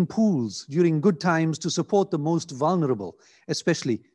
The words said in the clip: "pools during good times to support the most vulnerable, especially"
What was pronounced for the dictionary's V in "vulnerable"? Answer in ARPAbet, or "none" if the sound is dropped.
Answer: V